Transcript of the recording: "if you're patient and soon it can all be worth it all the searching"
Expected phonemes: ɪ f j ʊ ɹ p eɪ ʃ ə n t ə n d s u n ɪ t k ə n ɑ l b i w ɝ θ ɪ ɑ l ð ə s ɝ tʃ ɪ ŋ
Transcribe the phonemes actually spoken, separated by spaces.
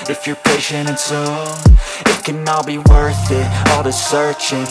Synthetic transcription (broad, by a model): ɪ f j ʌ ɹ p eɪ ʃ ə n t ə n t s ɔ ɪ t k ə n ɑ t b i w ɝ θ ɪ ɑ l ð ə s ɝ tʃ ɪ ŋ